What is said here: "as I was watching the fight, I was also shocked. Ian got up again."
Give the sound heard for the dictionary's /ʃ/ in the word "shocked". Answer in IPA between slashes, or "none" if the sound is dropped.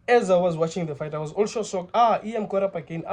/s/